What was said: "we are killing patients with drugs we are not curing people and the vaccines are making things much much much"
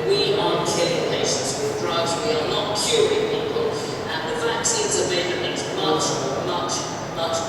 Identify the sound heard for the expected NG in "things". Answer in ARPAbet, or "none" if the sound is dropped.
none